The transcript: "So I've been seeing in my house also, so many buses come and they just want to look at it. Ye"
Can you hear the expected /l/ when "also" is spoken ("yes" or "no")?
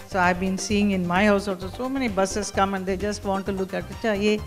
no